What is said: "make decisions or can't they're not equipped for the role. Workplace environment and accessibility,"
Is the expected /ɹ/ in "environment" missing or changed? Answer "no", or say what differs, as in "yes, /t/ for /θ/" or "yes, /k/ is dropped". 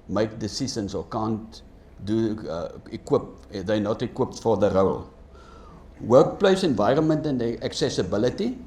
no